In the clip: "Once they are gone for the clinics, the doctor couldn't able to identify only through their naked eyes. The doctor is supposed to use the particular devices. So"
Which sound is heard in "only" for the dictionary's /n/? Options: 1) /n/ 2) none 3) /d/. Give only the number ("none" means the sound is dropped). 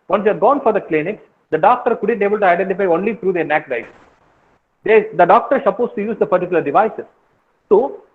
1